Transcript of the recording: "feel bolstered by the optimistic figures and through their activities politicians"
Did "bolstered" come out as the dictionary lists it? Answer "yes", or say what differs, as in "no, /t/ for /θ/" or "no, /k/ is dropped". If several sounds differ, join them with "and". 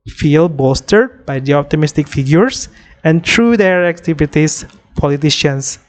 no, /l/ is dropped